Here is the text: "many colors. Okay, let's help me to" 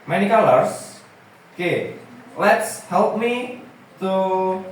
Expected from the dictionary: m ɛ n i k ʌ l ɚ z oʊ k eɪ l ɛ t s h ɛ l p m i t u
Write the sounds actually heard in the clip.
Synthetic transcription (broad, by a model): m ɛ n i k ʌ l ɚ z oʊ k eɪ l ɛ t s h ɛ l p m i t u